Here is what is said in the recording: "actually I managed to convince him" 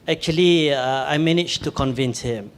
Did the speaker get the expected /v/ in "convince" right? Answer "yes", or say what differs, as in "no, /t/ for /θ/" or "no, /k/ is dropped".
yes